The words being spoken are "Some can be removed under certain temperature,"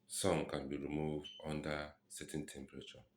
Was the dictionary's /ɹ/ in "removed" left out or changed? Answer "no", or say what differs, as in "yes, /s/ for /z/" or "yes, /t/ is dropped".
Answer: no